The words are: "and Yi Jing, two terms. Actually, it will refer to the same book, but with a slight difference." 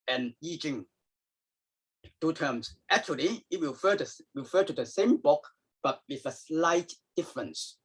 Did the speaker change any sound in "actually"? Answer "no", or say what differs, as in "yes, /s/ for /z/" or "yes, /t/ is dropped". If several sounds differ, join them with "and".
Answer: no